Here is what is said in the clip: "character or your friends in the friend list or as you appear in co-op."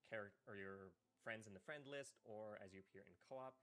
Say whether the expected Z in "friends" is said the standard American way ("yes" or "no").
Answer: yes